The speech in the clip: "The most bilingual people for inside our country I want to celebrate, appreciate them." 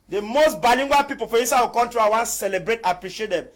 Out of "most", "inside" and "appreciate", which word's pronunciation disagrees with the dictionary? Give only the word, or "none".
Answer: inside